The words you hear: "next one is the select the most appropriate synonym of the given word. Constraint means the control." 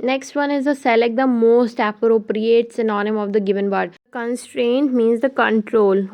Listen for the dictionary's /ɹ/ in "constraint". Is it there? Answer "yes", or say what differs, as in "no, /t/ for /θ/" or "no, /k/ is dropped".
yes